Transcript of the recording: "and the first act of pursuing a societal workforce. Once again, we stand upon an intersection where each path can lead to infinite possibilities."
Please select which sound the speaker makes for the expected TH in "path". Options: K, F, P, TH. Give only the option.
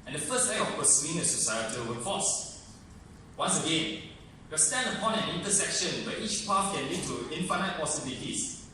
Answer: F